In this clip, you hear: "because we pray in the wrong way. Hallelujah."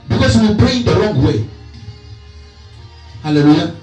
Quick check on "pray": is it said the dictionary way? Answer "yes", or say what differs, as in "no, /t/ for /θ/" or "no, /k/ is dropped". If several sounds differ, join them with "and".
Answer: no, /b/ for /p/